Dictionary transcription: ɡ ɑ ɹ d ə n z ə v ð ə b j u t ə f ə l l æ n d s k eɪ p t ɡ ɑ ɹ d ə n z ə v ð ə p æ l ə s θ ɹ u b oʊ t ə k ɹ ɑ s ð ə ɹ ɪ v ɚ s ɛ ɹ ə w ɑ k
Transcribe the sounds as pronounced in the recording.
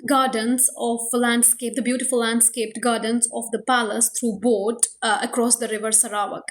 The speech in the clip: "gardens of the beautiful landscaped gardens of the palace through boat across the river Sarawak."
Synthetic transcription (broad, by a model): ɡ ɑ ɹ d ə n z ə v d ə b j u t ə f ə l l æ n d s k eɪ p t ɡ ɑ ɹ d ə n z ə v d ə p æ l ə s t ɹ u b oʊ t ə k ɹ ɑ s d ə ɹ ɪ v ɚ s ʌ ɹ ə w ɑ k